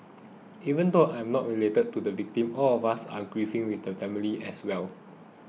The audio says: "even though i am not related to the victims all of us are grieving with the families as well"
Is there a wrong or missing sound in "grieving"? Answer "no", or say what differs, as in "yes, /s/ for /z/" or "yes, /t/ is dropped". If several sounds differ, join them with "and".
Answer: yes, /f/ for /v/